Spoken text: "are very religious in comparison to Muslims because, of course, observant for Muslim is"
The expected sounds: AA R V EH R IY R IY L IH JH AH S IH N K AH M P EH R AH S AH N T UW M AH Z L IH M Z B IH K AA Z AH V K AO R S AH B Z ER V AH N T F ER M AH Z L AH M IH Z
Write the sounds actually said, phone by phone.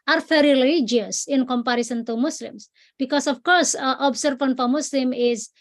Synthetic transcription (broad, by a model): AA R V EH R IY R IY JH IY AH S IH N K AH M P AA R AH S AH N T UW M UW S L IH M S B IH K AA S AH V K AO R S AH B S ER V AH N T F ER M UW S L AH M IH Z